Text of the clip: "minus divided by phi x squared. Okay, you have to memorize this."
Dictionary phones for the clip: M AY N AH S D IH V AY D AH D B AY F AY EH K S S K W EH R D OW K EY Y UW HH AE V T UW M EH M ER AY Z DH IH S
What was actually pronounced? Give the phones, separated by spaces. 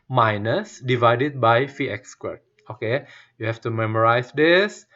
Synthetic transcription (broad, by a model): M AY N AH S D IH V AY D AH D B AY F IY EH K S S K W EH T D OW K EY Y UW HH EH F T UW M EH M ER AY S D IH S